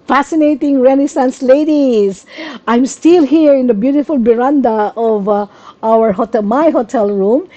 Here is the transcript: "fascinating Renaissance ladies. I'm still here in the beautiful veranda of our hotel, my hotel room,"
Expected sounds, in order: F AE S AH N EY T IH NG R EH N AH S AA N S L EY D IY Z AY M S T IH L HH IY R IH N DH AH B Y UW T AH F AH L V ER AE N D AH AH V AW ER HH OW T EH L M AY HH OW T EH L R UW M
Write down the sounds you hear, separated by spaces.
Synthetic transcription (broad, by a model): F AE S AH N EY T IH NG R EH N AH S AA N S L EY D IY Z AY M S T IH L HH IY R IH N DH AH B Y UW T AH F AH L B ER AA N D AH AH V AW ER HH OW T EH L M AY HH OW T EH L R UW M